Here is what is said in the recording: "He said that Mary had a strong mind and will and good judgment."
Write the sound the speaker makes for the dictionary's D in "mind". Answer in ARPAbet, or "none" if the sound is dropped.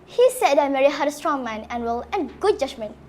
none